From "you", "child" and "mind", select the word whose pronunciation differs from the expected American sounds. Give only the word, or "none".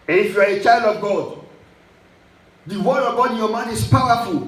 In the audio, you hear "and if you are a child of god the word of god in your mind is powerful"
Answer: mind